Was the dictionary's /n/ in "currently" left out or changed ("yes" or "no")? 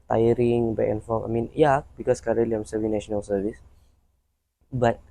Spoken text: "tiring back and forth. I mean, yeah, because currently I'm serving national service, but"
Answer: yes